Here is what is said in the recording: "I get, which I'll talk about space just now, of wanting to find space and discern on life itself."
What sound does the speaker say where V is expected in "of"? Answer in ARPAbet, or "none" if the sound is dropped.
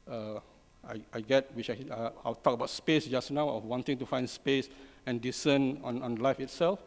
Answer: W